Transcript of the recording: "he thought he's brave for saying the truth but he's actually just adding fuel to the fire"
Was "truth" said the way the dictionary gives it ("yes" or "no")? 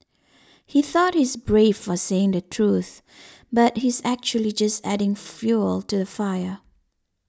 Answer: yes